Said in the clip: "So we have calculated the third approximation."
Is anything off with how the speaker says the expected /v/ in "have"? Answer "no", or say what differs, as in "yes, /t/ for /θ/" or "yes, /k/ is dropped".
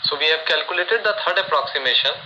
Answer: yes, /b/ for /v/